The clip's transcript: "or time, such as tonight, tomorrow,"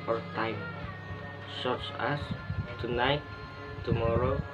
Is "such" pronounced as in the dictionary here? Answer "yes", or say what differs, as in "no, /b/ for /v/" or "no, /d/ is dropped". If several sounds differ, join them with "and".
no, /s/ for /tʃ/